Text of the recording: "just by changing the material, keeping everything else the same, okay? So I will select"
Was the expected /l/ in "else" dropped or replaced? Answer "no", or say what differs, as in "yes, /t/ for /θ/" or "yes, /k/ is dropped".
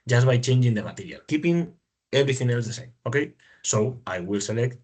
no